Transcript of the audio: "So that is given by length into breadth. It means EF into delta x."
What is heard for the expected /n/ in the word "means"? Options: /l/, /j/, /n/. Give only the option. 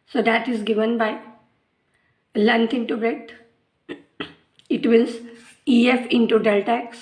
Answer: /l/